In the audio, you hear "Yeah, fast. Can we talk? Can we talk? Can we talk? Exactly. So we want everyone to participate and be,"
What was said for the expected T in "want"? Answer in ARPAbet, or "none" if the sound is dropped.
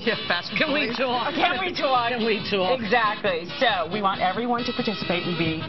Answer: T